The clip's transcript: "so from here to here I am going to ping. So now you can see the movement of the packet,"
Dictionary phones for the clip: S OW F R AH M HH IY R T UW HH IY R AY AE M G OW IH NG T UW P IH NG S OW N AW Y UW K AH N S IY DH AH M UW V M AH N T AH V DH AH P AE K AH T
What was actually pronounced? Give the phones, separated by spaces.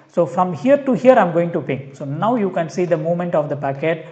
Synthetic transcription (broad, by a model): S OW F R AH M HH IY R T UW HH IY R AY M G OW IH NG T UW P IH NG S OW N AW Y UW K AH N S IY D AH M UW M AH N T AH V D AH P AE K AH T